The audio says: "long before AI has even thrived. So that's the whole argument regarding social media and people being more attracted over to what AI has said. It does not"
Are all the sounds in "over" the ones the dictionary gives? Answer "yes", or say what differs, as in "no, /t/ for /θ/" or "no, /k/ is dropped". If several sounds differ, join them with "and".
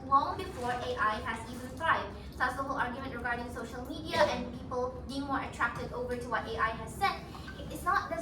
yes